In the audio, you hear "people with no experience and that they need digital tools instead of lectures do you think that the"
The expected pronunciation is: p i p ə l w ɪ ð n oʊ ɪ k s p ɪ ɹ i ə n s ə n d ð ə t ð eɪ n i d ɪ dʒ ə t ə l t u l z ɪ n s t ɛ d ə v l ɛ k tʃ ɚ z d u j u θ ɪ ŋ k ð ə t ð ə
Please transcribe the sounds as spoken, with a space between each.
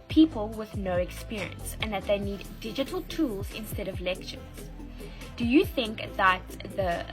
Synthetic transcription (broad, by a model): p i p ə l w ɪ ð n oʊ ɪ k s p ɪ ɹ i ə n s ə n ð ə t ð eɪ n i d ɪ dʒ ə t ə l t u l z ɪ n s t ɛ d ə v l ɛ k tʃ ɚ z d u j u θ ɪ ŋ k ð ə t ð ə